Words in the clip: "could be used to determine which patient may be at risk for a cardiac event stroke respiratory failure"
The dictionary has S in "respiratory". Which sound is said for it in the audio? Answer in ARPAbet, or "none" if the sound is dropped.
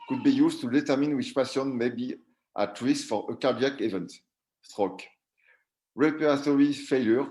none